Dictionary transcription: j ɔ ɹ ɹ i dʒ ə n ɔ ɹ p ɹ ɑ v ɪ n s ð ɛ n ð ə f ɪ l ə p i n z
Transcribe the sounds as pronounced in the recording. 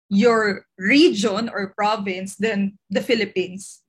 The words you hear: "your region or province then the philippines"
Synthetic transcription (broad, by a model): j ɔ ɹ ɹ i dʒ ə n ɔ ɹ p ɹ ɑ v ɪ n s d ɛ n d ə f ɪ l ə p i n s